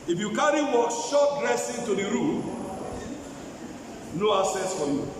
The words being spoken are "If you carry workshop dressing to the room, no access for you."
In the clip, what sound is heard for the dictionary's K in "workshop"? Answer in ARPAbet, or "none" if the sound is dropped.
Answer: none